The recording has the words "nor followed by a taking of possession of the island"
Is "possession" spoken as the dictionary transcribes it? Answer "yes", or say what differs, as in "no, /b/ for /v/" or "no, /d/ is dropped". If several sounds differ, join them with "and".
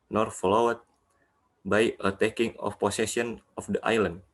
no, /s/ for /z/ and /s/ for /ʃ/